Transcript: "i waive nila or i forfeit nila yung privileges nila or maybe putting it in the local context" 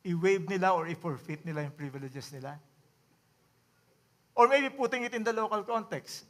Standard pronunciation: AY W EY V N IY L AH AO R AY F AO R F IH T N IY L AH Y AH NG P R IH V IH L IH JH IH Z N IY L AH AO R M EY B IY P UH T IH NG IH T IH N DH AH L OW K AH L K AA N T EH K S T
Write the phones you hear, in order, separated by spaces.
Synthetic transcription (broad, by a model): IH W EY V N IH L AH AO R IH F AO R F IH T N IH L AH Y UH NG P R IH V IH L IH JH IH S N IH L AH AO R M EY B IY P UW T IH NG IH T IH N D AH L OW K AH L K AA N T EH K S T